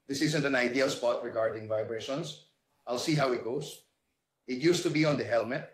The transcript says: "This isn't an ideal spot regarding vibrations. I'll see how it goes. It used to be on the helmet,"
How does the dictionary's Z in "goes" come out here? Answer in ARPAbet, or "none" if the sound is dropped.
S